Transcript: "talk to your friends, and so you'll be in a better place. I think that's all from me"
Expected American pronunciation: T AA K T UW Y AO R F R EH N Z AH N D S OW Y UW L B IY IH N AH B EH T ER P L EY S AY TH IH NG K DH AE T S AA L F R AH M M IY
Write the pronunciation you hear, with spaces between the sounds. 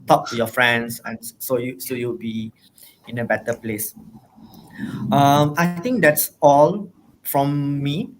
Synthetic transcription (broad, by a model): T AA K T UW Y AO F R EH N S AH N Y S OW Y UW W B IY IH N AH B EH T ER P L EY S AY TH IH NG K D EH T S AA L F R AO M M IY